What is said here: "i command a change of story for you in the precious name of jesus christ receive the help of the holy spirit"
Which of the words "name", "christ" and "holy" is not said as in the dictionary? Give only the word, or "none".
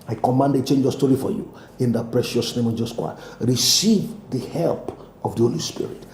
christ